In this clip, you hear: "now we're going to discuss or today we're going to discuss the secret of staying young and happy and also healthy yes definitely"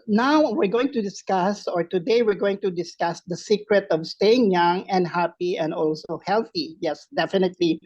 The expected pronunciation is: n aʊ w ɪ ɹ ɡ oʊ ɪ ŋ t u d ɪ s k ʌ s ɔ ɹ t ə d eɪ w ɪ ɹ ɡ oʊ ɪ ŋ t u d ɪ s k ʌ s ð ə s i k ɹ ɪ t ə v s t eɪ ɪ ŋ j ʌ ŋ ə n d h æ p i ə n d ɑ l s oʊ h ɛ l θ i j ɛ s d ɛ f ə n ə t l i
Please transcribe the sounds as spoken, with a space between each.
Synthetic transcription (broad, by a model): n aʊ w ɪ ɹ ɡ oʊ ɪ ŋ t u d ɪ s k ʌ s ɔ ɹ t ə d eɪ w ɪ ɹ ɡ oʊ ɪ ŋ t u d ɪ s k ʌ s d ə s i k ɹ ɪ t ə v s t eɪ ɪ ŋ j ʌ ŋ ə n d h æ p i ə n d ɑ l s oʊ h ɛ l θ i j ɛ s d ɛ f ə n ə t l i